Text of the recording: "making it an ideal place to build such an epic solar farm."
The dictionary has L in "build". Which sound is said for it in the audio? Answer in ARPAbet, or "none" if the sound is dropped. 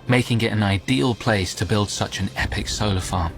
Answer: L